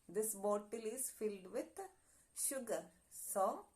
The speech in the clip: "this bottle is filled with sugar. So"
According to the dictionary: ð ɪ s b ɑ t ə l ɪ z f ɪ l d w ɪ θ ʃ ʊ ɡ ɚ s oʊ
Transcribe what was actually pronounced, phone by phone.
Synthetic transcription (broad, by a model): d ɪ s b ɑ t ə l ɪ z f ɪ l d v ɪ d ʃ ʊ ɡ ɚ s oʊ